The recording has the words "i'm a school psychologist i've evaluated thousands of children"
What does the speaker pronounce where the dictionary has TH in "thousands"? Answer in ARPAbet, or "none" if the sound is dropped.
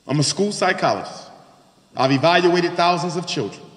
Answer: TH